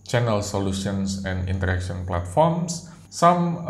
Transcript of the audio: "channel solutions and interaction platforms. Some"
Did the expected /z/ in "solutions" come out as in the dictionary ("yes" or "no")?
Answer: no